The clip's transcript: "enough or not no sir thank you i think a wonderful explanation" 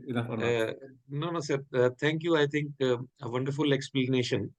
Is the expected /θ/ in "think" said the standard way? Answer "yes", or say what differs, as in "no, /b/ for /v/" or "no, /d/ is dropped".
no, /t/ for /θ/